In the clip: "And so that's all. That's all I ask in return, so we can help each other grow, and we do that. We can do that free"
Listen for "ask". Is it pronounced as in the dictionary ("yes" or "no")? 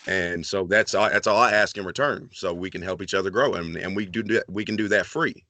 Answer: yes